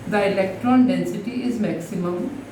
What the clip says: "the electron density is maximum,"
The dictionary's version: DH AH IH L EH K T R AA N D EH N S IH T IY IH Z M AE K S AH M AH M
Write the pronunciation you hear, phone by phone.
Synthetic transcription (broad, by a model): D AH IH L EH K T R AA N D EH N S IH T IY IH Z M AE K S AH M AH M